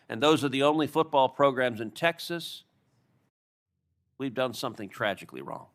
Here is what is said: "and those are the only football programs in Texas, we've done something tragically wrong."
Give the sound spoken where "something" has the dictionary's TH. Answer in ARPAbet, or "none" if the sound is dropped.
TH